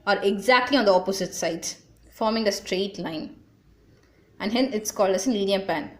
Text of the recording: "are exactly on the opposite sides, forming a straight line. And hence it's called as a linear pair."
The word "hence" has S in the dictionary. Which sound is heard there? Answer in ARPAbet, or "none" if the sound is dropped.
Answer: none